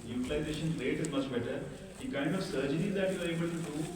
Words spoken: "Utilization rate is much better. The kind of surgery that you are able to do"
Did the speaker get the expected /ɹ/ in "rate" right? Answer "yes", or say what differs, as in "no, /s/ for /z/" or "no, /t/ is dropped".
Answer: no, /l/ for /ɹ/